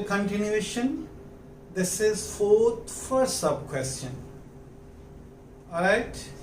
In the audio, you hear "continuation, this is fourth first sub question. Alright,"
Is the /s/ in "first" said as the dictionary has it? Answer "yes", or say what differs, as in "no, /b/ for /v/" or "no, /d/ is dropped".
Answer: no, /s/ is dropped